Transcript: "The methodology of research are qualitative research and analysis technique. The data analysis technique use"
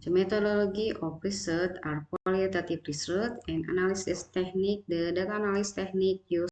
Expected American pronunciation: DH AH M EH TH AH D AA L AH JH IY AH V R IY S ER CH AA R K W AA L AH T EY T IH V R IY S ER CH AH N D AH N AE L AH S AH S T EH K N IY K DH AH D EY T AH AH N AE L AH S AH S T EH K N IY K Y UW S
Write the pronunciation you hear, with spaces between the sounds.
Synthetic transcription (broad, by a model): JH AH M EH T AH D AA L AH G IY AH P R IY S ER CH AA R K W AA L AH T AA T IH P R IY S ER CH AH N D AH N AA L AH S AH S T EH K N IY K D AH D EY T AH N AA L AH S S T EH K N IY K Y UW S